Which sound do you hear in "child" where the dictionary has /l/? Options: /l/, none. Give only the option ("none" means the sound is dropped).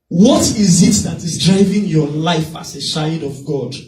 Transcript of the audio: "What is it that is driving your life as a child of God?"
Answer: none